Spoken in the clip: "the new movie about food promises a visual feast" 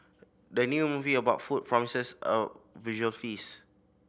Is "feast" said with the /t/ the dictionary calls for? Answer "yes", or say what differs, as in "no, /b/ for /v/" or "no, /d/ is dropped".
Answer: no, /t/ is dropped